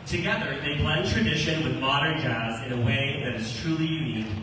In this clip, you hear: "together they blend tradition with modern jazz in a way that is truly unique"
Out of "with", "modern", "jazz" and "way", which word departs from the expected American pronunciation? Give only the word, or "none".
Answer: none